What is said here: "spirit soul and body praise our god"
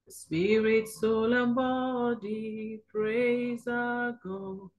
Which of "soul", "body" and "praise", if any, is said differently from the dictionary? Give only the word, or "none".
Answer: none